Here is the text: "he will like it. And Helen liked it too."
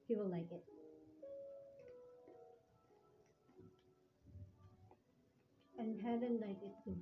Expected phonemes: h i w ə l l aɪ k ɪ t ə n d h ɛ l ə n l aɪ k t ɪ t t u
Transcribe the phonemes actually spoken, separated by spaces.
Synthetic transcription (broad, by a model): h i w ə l l aɪ k ɪ t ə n h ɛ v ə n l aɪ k ɪ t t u